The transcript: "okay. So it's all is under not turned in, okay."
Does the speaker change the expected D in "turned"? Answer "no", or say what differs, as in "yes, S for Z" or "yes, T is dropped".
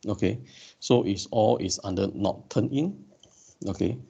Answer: yes, D is dropped